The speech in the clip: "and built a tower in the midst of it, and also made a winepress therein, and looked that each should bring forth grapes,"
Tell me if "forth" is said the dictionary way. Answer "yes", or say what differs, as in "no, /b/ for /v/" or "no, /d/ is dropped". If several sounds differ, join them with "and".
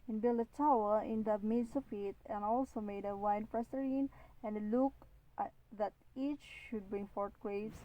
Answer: no, /t/ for /θ/